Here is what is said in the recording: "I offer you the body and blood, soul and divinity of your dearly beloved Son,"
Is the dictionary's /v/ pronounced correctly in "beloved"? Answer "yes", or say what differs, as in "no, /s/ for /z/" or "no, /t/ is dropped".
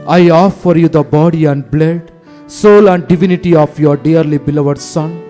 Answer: yes